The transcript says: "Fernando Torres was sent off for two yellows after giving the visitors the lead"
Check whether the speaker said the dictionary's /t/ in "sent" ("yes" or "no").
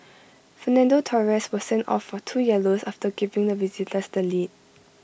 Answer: yes